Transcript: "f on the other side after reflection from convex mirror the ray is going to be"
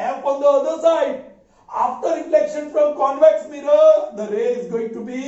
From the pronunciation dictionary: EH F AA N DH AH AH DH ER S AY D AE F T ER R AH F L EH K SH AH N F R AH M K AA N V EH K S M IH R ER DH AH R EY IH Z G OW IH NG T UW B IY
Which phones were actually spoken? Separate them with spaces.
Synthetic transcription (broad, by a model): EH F AA N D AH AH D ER S AY D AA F T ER R AH F L EH K SH AH N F R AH M K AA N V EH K S M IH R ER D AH R EY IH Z G OW IH NG T UW B IY